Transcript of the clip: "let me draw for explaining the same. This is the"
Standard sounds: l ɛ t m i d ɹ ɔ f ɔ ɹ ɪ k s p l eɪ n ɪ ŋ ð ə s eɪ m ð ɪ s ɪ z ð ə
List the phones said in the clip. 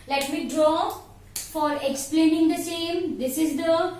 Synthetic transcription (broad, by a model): l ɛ t m i d ɹ ɔ f ɔ ɹ ɪ k s p l eɪ n ɪ ŋ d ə s eɪ m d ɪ s ɪ z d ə